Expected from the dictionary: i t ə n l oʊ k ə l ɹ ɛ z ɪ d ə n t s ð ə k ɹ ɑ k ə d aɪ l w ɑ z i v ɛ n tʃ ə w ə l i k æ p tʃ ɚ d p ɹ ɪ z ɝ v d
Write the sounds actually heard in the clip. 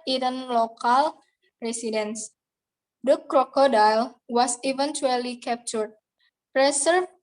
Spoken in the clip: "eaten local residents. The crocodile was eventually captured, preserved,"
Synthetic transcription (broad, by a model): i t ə n l oʊ k ə l ɹ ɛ s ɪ d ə n s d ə k ɹ ɑ k ə d aɪ l w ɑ s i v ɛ n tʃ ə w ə l i k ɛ p tʃ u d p ɹ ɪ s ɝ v